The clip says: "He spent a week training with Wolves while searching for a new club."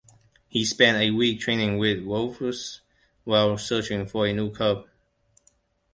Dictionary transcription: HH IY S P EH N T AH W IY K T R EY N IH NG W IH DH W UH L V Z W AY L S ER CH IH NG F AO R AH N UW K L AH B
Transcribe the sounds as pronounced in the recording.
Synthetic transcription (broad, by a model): HH IY S P EH N T AH W IY K T R EY N IH NG W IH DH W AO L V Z W AY L S ER CH IH NG F AO R AH N UW K AH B